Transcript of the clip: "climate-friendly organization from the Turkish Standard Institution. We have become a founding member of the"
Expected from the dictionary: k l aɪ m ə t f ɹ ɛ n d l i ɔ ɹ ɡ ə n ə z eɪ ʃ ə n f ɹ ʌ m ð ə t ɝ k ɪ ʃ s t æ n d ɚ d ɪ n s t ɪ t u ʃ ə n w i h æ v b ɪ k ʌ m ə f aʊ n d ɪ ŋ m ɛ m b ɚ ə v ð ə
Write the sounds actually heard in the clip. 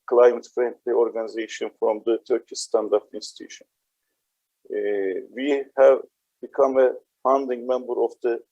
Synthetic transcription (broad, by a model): k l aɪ m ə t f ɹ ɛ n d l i ɔ ɹ ɡ ə n ə z eɪ ʃ ə n f ɹ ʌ m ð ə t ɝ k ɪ s t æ n d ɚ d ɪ n s t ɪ t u ʃ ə n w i h æ v b ɪ k ʌ m ə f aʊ n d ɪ ŋ m ɛ m b ɚ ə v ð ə